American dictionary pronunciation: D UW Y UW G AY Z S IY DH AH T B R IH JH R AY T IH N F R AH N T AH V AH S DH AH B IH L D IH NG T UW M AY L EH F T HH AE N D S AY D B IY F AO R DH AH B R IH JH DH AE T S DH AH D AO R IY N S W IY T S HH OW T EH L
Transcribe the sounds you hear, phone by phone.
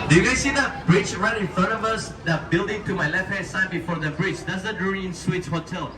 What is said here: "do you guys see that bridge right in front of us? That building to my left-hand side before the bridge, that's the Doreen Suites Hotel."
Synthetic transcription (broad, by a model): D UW Y UW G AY S IY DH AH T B R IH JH R AY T IH N F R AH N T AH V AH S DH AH B IH L D IH NG T UW M AY L EH F T HH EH D S AY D B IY F AO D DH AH B R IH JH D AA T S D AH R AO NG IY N S W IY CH HH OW T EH L